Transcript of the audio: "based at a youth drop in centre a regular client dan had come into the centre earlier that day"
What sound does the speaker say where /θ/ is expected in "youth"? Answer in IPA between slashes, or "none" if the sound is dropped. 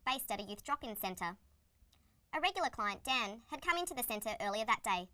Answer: /θ/